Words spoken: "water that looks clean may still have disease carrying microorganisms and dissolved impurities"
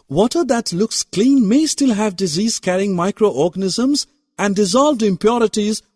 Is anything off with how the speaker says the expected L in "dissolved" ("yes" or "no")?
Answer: no